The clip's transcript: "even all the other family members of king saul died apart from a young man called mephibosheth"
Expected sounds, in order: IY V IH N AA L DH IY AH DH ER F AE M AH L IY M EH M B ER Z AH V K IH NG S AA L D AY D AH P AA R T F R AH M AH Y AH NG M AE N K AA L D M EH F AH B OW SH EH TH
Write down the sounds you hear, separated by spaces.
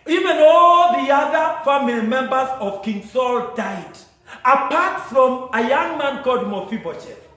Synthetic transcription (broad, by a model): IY V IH N AA L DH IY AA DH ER F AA M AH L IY M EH M B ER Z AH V K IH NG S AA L D AY D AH P AA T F R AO M AH Y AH NG M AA N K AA D M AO F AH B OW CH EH